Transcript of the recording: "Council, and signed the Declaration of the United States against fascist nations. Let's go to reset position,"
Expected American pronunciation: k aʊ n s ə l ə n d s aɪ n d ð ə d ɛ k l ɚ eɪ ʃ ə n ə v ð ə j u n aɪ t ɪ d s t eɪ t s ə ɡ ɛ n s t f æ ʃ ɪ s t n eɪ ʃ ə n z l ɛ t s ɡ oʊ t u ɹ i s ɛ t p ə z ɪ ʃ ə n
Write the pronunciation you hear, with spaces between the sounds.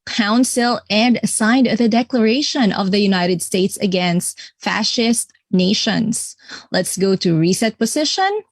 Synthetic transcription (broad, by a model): k aʊ n s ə l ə n d s aɪ n d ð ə d ɛ k l ɚ eɪ ʃ ə n ə v ð ə j u n aɪ t ɪ d s t eɪ t s ə ɡ ɛ n s t f æ ʃ ɪ s t n eɪ ʃ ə n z l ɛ t s ɡ oʊ t u ɹ i s ɛ t p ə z ɪ ʃ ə n